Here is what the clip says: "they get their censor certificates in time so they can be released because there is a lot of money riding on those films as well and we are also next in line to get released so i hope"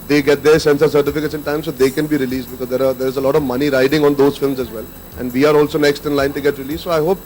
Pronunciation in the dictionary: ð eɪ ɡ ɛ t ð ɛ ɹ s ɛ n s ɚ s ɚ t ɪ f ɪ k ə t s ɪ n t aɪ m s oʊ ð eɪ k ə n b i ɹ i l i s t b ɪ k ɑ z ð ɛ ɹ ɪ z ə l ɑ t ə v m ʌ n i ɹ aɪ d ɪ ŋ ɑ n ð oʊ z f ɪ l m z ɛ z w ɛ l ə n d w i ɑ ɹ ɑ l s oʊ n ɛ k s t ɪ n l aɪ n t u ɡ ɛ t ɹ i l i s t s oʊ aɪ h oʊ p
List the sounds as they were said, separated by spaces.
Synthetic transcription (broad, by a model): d eɪ ɡ ɛ t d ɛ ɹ s ɛ n s ɚ s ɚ t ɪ f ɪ k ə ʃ ɪ n t aɪ m s oʊ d eɪ k ə n b i ɹ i l i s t b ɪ k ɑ z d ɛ ɹ ɪ z ə l ɑ t ə v m ʌ n i ɹ aɪ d ɪ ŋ ɑ n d oʊ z f ɪ l m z ɛ z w ɛ l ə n d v i ɑ ɹ ɑ l s oʊ n ɛ k s t ɪ n l aɪ n t u ɡ ɛ t ɹ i l i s s oʊ aɪ h oʊ p